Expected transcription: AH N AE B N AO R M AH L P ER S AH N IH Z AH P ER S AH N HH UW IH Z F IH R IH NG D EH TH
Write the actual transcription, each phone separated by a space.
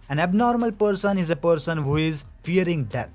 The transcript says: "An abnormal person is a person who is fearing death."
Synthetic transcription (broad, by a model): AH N AE B N AO R M AH L P ER S AH N IH Z AH P ER S AH N HH UW IH Z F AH R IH NG D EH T